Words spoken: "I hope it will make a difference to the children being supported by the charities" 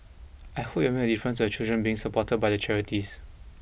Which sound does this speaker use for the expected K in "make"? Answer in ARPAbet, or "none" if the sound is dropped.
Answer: none